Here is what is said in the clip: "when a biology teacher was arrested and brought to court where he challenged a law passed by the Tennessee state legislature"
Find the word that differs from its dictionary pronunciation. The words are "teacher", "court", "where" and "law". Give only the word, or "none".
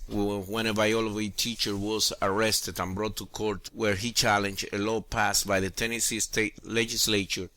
none